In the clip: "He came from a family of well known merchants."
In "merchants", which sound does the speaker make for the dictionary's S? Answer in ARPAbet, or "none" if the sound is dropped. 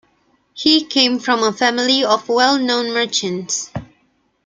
S